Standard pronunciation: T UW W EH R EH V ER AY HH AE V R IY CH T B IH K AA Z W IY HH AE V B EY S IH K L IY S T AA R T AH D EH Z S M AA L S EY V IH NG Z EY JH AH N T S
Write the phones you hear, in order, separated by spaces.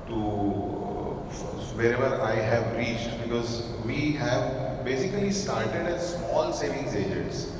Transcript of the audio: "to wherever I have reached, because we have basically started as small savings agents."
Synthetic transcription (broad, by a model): T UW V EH R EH V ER AY HH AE V R IY CH T B IH K AA Z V IY HH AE V B EY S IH K L IY S T AA R T AH D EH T S M AA L S EY V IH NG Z EY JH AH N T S